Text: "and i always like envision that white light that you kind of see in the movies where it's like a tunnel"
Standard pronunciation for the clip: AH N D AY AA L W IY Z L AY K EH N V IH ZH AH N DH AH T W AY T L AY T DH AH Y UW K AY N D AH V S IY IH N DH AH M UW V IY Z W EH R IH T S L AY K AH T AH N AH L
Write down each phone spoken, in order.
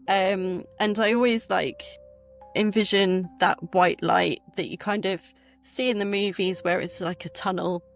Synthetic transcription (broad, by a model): AH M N AY AA L W IY Z L AY K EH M V IH ZH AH N DH AH T W AY T L AY T DH AH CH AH K AY N D AH V S IY IH N DH AH M UW V IY Z W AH R IH T S L AY K AH T AH N AH L